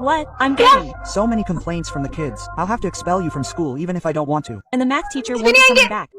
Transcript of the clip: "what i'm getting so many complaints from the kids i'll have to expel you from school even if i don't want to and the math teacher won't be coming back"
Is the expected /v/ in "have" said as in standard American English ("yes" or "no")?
no